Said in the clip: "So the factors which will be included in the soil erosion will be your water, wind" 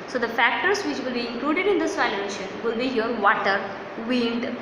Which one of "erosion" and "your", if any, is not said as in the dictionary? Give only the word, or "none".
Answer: erosion